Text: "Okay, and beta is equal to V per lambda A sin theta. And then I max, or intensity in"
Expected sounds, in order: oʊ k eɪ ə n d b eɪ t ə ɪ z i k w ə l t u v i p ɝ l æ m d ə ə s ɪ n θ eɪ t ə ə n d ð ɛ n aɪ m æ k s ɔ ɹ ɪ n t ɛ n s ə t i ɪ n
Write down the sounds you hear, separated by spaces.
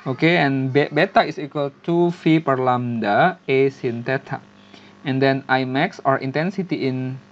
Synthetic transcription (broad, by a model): oʊ k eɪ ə n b b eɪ t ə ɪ s i k w ə l t u f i p ɝ l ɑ m d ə ə s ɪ n t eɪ t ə ə n d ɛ n aɪ m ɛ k s ɔ ɹ ɪ n t ɛ n s ə t i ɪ n